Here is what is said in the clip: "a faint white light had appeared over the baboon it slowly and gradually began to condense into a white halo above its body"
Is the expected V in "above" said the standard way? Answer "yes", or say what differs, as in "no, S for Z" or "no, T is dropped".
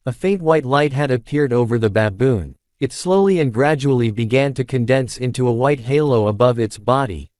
yes